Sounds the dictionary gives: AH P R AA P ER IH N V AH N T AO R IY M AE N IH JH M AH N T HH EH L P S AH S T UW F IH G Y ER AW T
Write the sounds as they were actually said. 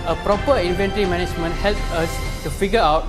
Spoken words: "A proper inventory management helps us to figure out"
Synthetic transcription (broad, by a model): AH P R AA P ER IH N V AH N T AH R IY M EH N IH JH M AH N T HH EH L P AH S T UW F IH G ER AW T